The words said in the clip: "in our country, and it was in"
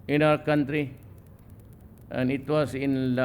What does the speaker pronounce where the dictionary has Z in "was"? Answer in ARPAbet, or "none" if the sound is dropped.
S